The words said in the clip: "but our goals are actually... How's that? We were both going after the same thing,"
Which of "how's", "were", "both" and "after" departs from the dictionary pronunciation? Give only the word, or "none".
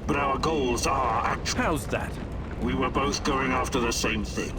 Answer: none